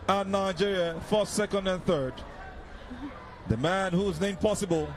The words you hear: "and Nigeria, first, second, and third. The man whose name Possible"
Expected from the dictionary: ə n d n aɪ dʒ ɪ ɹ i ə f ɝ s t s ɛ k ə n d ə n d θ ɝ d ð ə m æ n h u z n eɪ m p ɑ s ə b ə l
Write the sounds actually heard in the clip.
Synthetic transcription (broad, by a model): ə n n aɪ dʒ ɪ ɹ i ə f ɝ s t s ɛ k ə n d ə n θ ɝ d ð ə m æ n h u z n eɪ m p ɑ s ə b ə l